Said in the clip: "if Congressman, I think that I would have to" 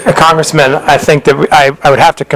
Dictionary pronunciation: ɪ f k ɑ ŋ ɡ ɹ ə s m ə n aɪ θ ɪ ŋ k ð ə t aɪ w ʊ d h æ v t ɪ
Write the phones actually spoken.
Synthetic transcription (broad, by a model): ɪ k ɑ ŋ ɡ ɹ ə s m ə n aɪ θ ɪ ŋ k ð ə t aɪ w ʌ d h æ f t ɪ